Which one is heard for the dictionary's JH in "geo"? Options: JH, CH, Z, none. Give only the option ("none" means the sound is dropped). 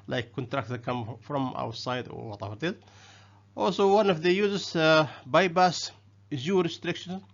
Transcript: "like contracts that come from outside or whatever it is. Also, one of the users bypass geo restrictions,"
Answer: Z